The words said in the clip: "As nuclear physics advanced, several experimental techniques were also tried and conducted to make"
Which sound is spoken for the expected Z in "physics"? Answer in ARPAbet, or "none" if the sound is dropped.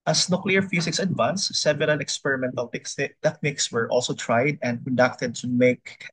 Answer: S